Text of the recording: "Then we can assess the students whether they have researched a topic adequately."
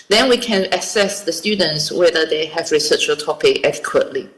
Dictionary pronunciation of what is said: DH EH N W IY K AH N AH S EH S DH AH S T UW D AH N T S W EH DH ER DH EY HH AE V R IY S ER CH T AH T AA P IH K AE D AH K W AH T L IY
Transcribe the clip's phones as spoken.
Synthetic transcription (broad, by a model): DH EH N W IY K AH N AH S EH S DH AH S T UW D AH N T S W EH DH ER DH EY HH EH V R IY S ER CH AH T AA P IH K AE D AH K W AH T L IY